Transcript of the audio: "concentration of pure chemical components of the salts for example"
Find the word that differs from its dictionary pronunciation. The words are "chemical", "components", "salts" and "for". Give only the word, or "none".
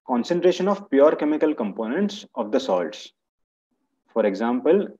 none